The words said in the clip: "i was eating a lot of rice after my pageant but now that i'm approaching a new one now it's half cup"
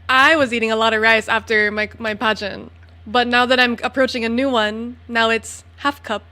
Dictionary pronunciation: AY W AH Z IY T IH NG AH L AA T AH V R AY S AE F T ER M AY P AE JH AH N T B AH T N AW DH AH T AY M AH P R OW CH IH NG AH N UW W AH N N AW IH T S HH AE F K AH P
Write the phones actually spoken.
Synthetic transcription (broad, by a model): AY W AH Z IY T IH NG AH L AA T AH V R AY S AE F T ER M AY P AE JH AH N B AH T N AW DH AH T AY M AH P R OW CH IH NG AH N UW W AH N N AW IH T S HH AE F K AH P